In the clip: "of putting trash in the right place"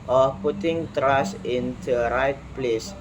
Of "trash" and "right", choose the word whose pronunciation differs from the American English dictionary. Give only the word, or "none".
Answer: trash